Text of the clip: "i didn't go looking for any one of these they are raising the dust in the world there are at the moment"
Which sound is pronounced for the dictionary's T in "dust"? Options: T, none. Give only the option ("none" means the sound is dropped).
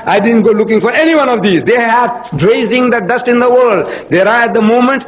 T